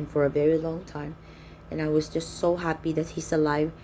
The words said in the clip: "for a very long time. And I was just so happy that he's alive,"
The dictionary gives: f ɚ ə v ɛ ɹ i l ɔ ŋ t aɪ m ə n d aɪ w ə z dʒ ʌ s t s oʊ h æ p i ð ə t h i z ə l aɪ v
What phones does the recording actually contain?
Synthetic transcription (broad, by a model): f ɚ ə v ɛ ɹ i l ɔ ŋ t aɪ m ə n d aɪ w ə z dʒ ʌ s t s oʊ h æ p i ð ə t h i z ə l aɪ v